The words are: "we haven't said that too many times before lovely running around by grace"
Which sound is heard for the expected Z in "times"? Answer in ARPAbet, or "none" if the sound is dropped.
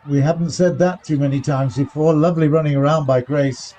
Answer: Z